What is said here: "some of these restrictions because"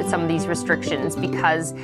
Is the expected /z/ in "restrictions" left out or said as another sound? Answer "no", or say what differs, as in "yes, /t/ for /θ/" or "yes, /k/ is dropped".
no